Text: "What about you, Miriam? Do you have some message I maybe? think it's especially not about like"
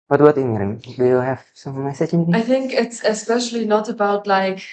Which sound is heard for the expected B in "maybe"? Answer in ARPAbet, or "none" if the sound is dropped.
none